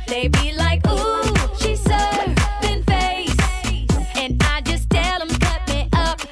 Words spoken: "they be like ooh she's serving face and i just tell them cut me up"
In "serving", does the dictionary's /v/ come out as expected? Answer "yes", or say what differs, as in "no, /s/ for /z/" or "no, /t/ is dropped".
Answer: no, /b/ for /v/